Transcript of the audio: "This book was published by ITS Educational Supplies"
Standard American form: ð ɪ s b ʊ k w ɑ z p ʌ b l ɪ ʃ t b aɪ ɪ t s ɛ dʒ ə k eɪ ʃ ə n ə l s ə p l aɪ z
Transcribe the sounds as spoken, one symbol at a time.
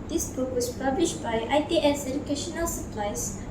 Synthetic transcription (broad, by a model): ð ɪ s b ʊ k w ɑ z p ʌ b l ɪ ʃ t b aɪ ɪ t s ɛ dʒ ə k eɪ ʃ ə n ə l s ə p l aɪ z